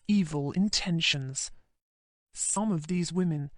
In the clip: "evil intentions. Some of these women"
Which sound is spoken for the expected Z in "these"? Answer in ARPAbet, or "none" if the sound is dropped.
Z